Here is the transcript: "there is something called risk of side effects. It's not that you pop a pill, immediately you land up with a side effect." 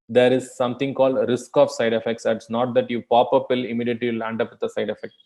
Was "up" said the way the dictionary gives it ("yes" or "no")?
yes